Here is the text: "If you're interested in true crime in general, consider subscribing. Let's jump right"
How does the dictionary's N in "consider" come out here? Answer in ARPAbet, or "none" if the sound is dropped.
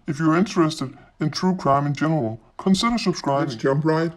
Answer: N